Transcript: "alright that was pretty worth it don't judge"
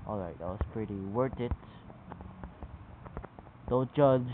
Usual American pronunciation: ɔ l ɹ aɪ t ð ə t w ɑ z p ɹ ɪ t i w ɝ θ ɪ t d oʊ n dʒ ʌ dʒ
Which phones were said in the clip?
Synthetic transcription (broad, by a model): ɔ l ɹ aɪ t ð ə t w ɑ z p ɹ ɪ t i w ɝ t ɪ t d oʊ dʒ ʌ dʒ